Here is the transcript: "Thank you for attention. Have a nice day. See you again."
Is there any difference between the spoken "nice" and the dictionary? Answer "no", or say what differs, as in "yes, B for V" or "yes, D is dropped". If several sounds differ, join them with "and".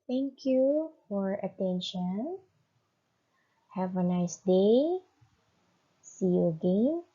no